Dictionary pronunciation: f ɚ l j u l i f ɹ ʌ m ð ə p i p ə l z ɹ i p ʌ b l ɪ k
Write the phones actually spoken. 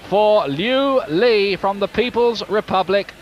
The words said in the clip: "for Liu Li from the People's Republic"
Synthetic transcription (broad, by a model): f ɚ l j u l i f ɹ ʌ m ð ə p i p ə l z ɹ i p ʌ b l ɪ k